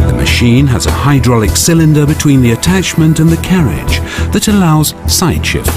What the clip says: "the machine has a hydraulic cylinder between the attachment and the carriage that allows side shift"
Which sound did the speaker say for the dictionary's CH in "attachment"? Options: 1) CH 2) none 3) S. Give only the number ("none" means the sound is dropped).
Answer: 1